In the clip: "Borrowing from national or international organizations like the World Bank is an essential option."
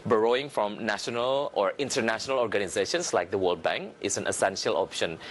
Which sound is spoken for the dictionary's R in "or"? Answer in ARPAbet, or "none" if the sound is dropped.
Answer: R